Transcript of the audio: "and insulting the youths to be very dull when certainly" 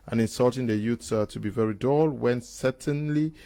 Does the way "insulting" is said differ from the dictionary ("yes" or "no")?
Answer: no